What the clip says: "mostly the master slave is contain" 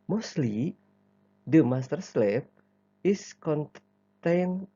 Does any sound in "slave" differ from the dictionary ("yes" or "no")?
yes